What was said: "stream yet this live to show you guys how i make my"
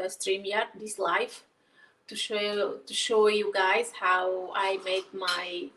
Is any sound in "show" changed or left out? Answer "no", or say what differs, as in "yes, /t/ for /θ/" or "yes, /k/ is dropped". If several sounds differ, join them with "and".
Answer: no